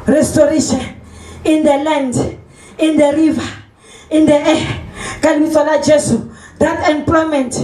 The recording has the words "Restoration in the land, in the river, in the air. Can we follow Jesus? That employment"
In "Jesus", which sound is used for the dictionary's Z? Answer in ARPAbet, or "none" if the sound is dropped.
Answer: S